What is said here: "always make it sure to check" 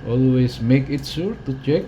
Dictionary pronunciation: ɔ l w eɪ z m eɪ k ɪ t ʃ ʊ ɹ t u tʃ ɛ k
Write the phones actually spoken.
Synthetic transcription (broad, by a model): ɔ l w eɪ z m eɪ k ɪ t s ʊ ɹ t u tʃ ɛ k